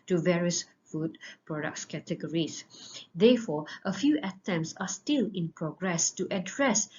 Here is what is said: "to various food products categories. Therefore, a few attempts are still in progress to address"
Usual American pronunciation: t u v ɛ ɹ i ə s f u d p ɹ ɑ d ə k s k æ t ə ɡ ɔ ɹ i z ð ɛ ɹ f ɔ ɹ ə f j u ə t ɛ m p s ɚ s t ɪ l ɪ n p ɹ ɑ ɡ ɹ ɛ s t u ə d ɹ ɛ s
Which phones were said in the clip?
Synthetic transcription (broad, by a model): t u v ɛ ɹ i ə s f u d p ɹ ɑ d ə k s k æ t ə ɡ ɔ ɹ i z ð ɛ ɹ f ɔ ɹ ə f j u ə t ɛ m s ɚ s t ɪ l ɪ n p ɹ ɑ ɡ ɹ ɛ s t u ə d ɹ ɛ s